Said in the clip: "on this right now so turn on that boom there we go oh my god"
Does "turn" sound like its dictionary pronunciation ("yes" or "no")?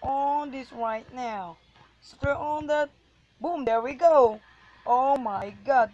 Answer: no